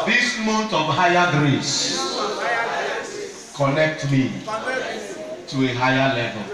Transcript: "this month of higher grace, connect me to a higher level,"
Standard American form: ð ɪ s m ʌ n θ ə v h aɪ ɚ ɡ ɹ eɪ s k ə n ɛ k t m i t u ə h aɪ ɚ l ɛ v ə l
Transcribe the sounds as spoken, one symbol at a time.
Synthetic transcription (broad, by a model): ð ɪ s m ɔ n t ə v h aɪ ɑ ɡ ɹ eɪ s k ə n ɛ k t m i t u ə h aɪ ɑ l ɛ v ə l